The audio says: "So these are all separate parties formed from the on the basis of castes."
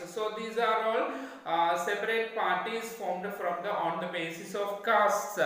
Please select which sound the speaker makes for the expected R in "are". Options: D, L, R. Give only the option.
R